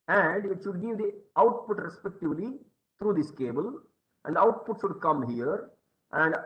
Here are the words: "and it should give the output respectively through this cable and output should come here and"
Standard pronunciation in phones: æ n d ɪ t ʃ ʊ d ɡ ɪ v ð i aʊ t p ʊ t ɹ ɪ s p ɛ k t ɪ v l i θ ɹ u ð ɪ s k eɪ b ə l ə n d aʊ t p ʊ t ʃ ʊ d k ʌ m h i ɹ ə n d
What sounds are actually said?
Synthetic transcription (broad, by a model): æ n d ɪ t ʃ ʊ d ɡ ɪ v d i aʊ t p ʊ t ɹ ɪ s p ɛ k t ɪ v l i t ɹ u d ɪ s k eɪ b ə l ə n d aʊ t p ʊ t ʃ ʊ d k ʌ m h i ɹ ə n d